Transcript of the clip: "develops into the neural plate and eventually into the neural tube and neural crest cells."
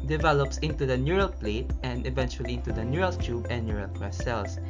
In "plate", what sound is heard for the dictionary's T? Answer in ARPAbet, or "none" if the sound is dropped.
T